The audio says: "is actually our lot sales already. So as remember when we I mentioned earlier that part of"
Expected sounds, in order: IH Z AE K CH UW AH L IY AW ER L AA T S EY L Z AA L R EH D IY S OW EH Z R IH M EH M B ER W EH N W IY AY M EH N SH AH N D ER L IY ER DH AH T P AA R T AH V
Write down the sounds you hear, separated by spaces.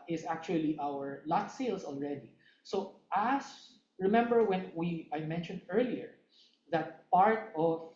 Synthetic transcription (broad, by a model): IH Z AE K CH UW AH L IY AW ER L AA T S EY L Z AA L R EH D IY S OW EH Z R IH M EH M B ER W EH N W IY AY M EH N SH AH N D ER L IY ER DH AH T P AA R T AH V